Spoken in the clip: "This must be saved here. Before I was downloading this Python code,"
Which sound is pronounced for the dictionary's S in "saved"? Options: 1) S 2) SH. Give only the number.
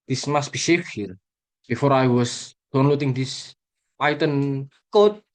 2